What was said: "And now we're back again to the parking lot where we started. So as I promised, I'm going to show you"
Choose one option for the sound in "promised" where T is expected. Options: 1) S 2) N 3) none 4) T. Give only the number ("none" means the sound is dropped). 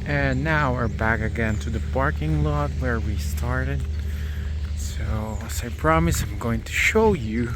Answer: 3